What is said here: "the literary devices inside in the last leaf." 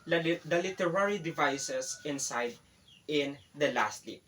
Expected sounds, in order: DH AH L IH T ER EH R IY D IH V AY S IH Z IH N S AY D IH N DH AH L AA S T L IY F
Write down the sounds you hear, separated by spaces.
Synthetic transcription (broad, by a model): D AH L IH T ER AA R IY D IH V AY S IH S IH N S AY D IH N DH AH L AA S T L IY